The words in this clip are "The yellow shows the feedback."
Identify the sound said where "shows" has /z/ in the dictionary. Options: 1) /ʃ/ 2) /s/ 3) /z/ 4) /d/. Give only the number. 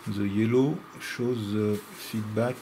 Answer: 3